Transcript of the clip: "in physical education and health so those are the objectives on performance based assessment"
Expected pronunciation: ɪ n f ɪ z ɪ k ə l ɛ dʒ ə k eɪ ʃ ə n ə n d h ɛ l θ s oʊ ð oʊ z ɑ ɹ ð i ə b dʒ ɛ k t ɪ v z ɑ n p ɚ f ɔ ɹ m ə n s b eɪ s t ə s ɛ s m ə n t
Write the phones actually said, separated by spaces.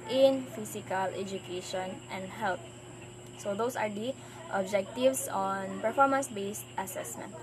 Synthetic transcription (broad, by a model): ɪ n f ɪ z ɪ k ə l ɛ dʒ ə k eɪ ʃ ə n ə n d h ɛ l t s oʊ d oʊ s ɑ ɹ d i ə b dʒ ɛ k t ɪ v s ɑ n p ɚ f ɔ ɹ m ə n s b eɪ s t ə s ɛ s m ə n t